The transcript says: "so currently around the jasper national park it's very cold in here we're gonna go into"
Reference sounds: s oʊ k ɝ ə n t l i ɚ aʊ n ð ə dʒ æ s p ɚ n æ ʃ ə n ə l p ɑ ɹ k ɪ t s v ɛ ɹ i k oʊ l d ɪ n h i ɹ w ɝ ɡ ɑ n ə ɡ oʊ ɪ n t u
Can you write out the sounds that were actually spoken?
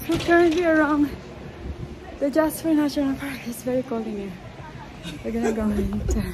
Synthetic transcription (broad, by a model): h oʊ k ɝ ə n t l i ɚ aʊ n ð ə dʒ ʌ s f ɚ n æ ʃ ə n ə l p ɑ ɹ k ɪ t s v ɛ ɹ i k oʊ l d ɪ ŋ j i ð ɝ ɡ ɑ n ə ɡ oʊ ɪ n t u